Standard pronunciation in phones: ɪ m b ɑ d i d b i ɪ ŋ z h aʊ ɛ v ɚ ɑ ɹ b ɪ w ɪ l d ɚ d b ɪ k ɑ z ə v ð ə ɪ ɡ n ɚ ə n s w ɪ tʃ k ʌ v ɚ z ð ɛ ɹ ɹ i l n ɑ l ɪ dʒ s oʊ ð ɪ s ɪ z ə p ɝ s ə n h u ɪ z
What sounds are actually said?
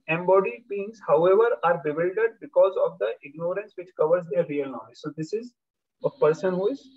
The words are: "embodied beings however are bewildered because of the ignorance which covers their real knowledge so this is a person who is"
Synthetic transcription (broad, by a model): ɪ m b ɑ d i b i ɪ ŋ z h aʊ ɛ v ɚ ɑ ɹ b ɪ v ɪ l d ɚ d b ɪ k ɑ z ə v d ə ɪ ɡ n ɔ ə n s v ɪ tʃ k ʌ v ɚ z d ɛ ɹ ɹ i l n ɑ ɪ z s oʊ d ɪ s ɪ z ə p ɝ s ə n h u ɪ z